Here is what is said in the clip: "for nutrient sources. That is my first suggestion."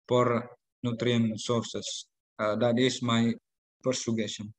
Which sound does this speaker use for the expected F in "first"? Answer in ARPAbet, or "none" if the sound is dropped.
P